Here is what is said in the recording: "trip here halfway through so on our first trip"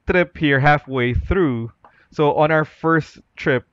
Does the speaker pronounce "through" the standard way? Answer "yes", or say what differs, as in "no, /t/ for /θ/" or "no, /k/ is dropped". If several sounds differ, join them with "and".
yes